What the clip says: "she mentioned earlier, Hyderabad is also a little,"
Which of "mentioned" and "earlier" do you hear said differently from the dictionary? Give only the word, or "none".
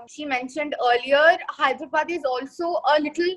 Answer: none